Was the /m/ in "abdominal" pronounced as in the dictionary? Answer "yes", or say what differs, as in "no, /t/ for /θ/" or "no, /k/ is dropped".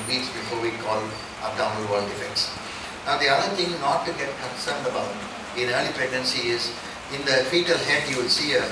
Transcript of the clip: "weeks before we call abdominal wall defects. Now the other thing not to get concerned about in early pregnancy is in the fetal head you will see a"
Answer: no, /m/ is dropped